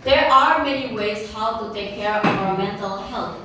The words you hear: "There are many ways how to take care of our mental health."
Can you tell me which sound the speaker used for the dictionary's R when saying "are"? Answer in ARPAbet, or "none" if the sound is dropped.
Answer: R